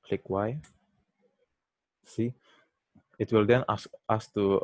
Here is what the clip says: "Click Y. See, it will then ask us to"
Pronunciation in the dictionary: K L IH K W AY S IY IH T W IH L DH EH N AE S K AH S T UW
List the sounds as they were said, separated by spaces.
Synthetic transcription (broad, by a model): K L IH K W AY S IY IH T W IH L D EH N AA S AA S T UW